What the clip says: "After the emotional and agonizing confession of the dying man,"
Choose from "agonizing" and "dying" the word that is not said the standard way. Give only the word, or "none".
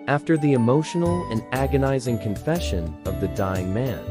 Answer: none